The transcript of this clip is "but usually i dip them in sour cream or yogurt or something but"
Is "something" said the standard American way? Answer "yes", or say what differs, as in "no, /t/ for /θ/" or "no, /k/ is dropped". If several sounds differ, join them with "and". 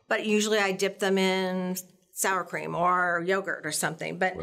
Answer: yes